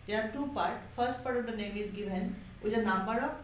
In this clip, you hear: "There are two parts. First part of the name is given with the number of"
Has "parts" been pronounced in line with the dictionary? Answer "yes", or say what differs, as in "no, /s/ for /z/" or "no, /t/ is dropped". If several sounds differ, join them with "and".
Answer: no, /s/ is dropped